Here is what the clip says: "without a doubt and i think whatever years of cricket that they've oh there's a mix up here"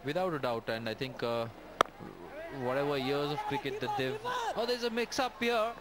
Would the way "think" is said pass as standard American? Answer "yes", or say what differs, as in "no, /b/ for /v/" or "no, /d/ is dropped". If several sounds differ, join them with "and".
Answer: no, /t/ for /θ/